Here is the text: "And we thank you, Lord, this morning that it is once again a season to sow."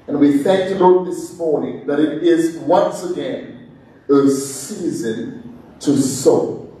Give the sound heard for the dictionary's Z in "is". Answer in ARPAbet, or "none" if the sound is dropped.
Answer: Z